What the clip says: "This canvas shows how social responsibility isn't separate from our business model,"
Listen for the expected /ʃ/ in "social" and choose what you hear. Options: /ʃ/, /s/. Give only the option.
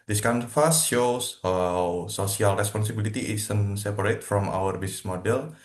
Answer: /s/